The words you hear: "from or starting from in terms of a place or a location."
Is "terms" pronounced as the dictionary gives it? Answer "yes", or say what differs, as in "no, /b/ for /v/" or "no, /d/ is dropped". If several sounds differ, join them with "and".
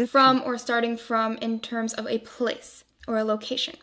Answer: yes